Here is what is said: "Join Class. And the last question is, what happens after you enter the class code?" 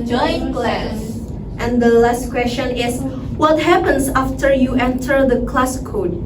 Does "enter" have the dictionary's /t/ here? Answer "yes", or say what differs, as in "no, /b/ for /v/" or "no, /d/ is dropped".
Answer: yes